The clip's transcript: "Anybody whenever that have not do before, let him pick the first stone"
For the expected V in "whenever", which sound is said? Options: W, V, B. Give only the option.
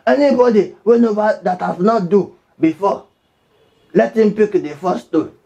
B